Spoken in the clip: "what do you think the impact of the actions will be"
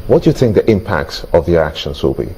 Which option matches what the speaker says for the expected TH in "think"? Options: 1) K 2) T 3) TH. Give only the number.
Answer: 3